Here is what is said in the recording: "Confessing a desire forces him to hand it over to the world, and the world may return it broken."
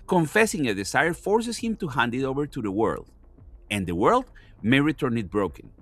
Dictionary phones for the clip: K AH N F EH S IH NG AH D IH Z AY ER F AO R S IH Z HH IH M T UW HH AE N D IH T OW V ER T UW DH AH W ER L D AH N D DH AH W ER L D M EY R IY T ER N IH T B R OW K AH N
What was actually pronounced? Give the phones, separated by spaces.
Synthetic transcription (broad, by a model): K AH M F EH S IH NG AH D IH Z AY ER F AO R S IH S HH IH M T UW HH AE N D IH T OW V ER T UW DH AH W ER L D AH N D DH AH W ER L D M EY R IY T ER N IH T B R OW K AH N